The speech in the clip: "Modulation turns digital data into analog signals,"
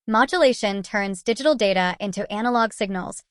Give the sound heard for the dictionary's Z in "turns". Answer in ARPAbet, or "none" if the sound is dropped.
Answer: Z